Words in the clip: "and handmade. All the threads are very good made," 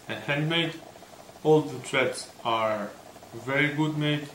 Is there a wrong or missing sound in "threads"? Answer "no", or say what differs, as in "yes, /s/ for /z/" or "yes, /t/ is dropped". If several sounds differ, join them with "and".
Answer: yes, /t/ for /θ/